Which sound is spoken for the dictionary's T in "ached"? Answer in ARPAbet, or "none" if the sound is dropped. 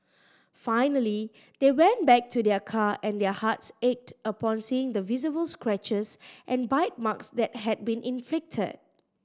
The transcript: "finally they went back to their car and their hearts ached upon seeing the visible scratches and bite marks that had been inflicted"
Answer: T